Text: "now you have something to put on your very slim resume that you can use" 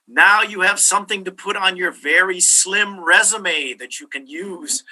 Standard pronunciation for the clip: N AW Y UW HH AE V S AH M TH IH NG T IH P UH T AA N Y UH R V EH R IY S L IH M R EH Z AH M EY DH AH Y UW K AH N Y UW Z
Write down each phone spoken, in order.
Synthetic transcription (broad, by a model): N AW Y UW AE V S AH M TH IH NG T IH P UH T N Y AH R V EH R IY S L IH M R EH Z AH M EY DH AH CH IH K AH N Y UW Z